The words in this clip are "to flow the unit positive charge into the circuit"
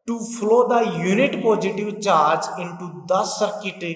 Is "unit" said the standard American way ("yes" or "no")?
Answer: yes